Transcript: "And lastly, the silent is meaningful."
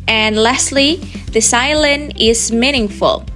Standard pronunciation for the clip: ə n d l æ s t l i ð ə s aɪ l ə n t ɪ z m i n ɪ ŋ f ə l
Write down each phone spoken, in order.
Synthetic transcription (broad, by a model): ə n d l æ s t l i ð ə s aɪ l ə n ɪ z m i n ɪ ŋ f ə l